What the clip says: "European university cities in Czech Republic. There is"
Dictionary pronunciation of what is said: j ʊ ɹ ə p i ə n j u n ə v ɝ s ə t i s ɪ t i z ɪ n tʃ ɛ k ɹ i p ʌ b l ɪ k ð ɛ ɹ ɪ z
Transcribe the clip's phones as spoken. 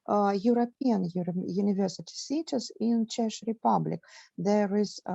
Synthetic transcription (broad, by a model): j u ɹ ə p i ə n j u n ə v ɝ s ə t i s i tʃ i s ɪ n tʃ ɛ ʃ ɹ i p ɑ b l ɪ k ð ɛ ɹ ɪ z